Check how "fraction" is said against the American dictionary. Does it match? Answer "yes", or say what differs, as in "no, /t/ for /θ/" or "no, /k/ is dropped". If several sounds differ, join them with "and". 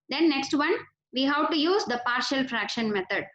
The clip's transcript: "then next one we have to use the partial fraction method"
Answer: yes